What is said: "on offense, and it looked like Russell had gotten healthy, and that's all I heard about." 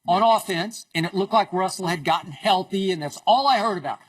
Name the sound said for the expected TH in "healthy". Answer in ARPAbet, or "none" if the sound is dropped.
TH